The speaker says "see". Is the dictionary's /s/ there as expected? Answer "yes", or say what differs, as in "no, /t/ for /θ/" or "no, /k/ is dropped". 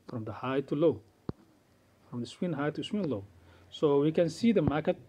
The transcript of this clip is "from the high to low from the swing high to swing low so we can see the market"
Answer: yes